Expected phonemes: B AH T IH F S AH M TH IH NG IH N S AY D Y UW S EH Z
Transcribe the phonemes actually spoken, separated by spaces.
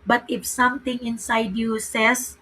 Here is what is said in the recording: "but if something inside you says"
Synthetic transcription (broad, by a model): B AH T IH F S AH M T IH NG IH N S AY D Y UW S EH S